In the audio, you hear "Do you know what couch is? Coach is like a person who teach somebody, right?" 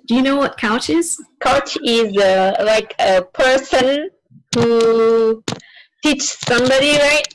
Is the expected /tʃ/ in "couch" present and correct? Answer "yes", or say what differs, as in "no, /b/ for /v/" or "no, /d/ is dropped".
yes